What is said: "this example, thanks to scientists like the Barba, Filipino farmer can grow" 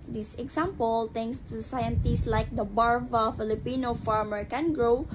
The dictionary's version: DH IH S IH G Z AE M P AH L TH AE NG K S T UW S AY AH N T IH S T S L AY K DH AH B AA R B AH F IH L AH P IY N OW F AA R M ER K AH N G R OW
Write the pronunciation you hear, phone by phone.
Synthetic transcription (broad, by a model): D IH S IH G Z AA M P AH L T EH NG K S T UW S AY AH N T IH S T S L AY K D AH B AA R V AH F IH L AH P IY N OW F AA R M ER K AH N G R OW